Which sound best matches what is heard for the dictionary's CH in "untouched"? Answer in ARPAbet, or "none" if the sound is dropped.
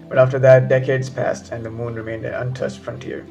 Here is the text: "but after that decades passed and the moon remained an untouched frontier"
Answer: S